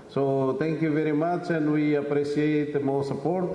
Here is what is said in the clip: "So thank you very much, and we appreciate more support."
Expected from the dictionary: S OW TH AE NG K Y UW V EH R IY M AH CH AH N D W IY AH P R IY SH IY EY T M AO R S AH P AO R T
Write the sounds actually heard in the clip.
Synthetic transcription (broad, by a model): S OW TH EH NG K Y UW V EH R IY M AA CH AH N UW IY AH P R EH S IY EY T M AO W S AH P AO R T